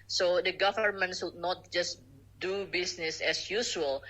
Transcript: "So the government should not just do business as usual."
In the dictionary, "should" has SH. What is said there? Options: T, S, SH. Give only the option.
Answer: S